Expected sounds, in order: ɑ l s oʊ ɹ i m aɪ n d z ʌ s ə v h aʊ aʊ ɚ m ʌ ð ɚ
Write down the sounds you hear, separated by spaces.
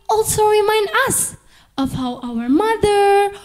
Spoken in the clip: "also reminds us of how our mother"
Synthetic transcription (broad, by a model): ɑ l s oʊ ɹ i m aɪ n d ʌ s ə v h aʊ aʊ ɚ m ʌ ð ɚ